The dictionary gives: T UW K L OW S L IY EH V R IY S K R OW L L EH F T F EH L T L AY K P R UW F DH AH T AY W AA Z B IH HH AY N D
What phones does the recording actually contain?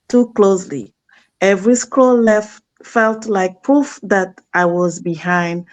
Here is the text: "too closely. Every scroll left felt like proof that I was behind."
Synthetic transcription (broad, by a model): T UW K L OW S L IY EH V R IY S K OW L L EH F T F EH L T L AY K P R UW F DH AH T AY W AA Z B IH HH AY N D